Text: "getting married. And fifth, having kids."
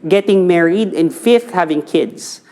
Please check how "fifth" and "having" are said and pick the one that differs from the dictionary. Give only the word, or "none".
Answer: none